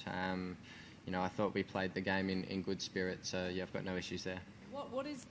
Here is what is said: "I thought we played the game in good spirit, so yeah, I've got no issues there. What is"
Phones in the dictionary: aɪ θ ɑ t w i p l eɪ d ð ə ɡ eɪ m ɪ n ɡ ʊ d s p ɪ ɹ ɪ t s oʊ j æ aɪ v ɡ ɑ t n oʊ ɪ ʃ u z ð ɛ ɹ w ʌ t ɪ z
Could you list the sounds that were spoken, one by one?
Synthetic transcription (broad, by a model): aɪ θ ɑ t w i p l eɪ d ð ə ɡ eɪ m ɪ n ɡ ʊ d s p ɪ ɹ ɪ t s oʊ j æ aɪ v ɡ ɑ t n oʊ ɪ ʃ u z ð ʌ ɹ w ʌ t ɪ z